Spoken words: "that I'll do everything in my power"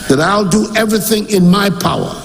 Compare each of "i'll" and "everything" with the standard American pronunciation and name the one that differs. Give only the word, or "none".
none